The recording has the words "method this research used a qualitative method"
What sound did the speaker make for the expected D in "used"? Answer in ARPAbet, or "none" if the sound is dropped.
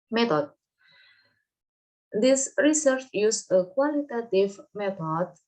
none